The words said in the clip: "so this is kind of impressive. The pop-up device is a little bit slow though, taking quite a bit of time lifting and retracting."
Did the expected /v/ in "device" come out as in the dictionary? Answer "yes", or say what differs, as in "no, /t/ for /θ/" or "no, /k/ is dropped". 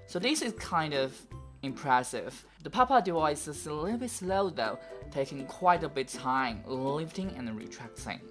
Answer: no, /v/ is dropped